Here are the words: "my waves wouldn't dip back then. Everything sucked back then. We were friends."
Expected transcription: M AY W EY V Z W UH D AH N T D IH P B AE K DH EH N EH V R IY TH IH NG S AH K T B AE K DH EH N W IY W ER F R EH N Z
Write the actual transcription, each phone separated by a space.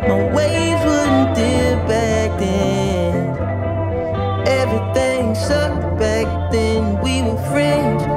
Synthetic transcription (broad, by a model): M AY W EY Z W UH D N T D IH B AE K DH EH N EH V R IY TH IH NG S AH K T B AE K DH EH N W IY W ER F R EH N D